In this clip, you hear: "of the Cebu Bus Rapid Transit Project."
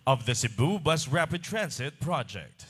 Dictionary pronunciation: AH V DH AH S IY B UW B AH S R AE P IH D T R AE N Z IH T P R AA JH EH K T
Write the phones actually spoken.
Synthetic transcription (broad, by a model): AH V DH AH S IY B UW B AH S R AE P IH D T R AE N S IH T P R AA JH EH K T